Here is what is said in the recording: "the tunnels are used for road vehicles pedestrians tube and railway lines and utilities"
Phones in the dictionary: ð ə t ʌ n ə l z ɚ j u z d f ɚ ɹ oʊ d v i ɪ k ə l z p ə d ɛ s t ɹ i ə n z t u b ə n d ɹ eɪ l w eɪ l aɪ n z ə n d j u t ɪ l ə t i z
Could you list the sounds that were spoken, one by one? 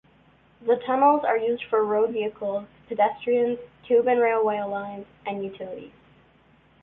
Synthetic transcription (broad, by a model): ð ə t ʌ n l z ɚ j u z d f ɚ ɹ oʊ d v i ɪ k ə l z p ə d ɛ s t ɹ i ə n z t u b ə n ɹ eɪ l w eɪ l aɪ n z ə n j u t ɪ l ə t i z